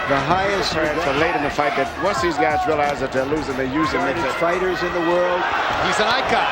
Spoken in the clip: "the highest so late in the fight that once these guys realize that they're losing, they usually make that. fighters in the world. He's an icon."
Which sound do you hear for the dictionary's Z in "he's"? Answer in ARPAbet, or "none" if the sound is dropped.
Z